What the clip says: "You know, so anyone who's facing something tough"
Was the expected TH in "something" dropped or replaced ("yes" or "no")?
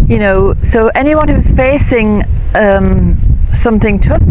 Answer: no